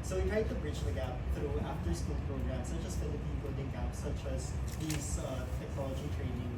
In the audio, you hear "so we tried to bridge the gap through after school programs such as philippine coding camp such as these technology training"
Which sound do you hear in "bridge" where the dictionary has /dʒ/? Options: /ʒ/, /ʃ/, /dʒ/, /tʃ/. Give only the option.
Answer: /tʃ/